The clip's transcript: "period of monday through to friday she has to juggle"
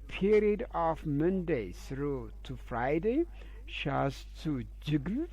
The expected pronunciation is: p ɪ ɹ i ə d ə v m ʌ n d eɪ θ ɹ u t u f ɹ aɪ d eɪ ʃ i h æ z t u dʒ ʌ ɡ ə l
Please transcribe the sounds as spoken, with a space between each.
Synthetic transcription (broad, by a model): p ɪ ɹ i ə d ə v m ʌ n d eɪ s ɹ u t u f ɹ aɪ d eɪ ʃ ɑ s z t u dʒ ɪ ɡ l